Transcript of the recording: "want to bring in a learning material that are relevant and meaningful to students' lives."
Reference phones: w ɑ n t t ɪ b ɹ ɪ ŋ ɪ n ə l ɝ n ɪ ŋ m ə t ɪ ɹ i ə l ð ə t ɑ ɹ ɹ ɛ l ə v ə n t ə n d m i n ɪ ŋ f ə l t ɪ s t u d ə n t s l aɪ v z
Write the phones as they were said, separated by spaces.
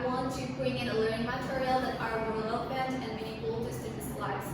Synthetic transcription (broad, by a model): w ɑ n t t ɪ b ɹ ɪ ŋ ɪ n ə l ɝ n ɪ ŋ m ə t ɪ ɹ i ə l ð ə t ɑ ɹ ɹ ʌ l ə b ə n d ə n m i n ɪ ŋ ə l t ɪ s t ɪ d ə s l aɪ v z